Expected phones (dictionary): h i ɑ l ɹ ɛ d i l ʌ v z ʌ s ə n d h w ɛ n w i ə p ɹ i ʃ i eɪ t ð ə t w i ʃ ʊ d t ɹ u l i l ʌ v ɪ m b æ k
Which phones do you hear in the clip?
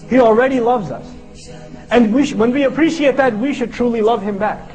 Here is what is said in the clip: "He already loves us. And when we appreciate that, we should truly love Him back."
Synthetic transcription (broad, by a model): h i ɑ l ɹ ɛ d i l ʌ v z ʌ s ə n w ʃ w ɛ n w i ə p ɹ i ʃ i eɪ t ð ə t w i ʃ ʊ d t ɹ u l i l ʌ v ɪ m b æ k